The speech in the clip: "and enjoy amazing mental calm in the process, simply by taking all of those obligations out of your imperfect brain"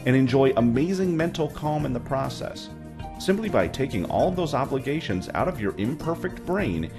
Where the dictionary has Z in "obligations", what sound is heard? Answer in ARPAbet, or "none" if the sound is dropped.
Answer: Z